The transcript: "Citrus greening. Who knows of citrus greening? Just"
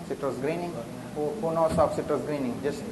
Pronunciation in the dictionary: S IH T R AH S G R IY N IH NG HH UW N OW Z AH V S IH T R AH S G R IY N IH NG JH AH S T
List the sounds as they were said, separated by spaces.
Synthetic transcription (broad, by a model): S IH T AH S G R IY N IH NG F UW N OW S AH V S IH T AH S G R IY N IH NG JH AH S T